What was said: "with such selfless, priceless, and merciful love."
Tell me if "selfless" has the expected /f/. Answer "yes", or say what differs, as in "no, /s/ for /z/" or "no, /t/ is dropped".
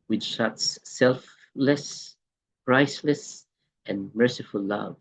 yes